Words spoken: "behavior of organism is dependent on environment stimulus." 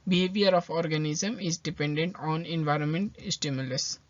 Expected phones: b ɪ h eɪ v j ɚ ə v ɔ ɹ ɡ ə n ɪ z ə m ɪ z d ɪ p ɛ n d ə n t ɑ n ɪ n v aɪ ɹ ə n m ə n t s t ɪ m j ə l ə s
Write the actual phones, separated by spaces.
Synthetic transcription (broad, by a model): b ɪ h eɪ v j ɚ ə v ɔ ɹ ɡ ə n ɪ z ə m ɪ z d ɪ p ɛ n d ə n t ɑ n ɪ n v aɪ ɹ ə n m ə n t s t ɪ m j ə l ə s